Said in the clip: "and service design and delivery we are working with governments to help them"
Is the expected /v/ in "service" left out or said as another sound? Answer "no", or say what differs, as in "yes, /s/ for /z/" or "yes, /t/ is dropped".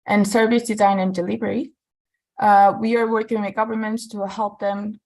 no